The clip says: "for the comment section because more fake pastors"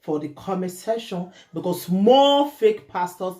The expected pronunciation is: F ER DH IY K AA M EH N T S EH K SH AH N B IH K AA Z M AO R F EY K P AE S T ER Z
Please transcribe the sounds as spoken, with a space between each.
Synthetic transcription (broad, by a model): F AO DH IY K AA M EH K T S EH SH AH N B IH K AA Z M AO F EY K P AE S T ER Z